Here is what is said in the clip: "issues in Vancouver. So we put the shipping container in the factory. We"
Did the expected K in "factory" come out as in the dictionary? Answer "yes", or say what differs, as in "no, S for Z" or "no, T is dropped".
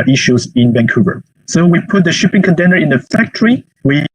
yes